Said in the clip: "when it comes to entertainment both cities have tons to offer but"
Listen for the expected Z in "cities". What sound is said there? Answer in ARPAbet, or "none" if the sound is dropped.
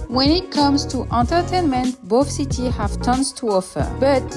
none